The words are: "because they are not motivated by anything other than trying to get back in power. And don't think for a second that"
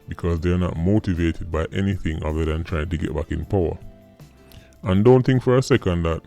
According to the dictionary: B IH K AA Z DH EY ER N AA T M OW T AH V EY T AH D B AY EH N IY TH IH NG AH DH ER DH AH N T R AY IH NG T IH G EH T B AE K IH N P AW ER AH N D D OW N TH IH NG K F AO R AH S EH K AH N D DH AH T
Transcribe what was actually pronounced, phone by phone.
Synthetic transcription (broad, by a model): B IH K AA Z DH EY ER N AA T M OW T AH V EY T AH D B AY EH N IY TH IH NG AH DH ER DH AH N T R AY IH NG T IH G EH T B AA K IH N P AW ER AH N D D OW N TH IH NG K F AO R AH S EH K AH N D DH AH T